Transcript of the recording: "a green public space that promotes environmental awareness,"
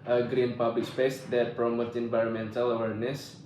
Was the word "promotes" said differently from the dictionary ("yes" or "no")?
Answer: yes